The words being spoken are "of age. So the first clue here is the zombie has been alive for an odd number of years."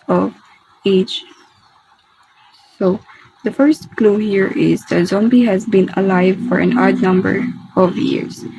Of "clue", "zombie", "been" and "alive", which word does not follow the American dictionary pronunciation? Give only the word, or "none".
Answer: none